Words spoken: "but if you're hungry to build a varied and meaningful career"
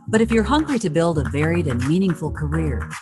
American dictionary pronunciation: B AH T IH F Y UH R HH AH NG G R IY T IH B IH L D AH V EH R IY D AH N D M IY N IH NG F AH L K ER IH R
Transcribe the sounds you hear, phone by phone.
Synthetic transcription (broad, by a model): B AH T IH F Y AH R HH AH NG G R IY T IH B IH L D AH V EH R IY D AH N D M IY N IH NG F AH L K ER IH R